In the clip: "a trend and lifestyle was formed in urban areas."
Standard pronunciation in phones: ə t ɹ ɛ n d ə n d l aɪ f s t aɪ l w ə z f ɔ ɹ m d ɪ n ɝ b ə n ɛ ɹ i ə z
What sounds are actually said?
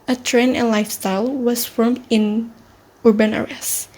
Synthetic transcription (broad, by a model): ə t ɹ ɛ n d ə n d l aɪ f s t aɪ l w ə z f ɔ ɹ m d ɪ n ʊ b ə n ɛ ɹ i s